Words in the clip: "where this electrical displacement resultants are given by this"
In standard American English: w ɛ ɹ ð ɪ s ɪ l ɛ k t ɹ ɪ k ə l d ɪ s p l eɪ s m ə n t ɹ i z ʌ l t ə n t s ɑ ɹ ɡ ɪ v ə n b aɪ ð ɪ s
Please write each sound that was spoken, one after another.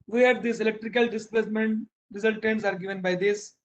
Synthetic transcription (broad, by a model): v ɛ ɹ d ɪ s ɪ l ɛ k t ɹ ɪ k ə l d ɪ s p l eɪ s m ə n t ɹ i s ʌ l t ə n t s ɑ ɹ ɡ ɪ v ə n b aɪ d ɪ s